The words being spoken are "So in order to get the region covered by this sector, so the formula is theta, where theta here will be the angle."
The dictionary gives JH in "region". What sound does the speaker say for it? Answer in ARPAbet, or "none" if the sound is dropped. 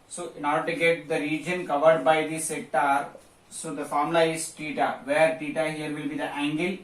JH